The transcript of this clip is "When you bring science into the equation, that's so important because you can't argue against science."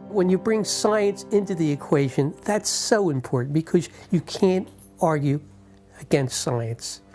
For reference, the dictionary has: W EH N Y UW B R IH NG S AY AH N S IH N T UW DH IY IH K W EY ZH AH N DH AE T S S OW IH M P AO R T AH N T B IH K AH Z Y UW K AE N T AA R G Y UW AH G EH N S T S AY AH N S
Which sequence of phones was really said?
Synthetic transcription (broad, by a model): W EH N Y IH B R IH NG S AY AH N S IH N T UW DH IY IH K W EY ZH AH N DH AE T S S OW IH M P AO R T N B IH K AH Z Y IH K AE N T AA R G Y UW AH G EH N S T S AY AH N S